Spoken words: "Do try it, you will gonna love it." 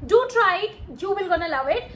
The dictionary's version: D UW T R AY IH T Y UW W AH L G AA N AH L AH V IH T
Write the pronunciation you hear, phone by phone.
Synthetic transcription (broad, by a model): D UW T R AY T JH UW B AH L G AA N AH L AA W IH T